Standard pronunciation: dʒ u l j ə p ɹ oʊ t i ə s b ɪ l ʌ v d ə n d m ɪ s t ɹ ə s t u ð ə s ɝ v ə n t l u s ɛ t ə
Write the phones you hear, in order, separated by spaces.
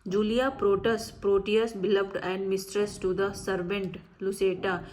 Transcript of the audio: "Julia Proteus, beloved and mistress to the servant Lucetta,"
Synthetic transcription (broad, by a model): dʒ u l j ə p ɹ oʊ t i ə s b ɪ l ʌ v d ə n d m ɪ s t ɹ ə s t u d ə s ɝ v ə n t l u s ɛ t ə